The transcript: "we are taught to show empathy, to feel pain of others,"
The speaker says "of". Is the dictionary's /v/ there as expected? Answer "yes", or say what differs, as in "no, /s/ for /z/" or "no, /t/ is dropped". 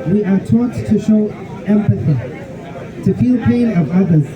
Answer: yes